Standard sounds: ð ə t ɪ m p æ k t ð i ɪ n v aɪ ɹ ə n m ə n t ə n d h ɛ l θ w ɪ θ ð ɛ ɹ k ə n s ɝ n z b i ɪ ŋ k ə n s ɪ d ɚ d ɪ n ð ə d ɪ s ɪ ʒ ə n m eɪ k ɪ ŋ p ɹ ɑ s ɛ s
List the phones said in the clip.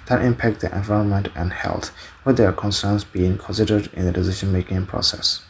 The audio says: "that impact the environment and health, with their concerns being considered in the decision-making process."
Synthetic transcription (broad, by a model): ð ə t ɪ m p æ k t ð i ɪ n v aɪ ɹ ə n m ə n t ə n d h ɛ l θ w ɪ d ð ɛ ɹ k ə n s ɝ n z b i ɪ ŋ k ə n s ɪ d ɚ d ɪ n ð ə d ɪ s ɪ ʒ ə n m eɪ k ɪ ŋ p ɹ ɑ s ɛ s